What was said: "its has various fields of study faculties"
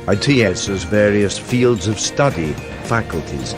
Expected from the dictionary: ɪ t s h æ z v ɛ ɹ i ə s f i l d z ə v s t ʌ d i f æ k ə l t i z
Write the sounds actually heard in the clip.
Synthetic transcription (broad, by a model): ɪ t s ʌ z v ɛ ɹ i ə s f i l d z ə v s t ʌ d i f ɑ k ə l t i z